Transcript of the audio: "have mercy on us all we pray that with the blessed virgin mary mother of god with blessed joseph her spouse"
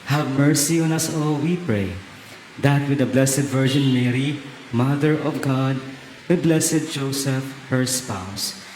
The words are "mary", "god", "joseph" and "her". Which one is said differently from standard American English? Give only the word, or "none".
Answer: none